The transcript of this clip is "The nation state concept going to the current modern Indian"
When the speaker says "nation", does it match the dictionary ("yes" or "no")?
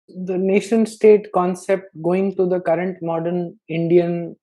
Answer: yes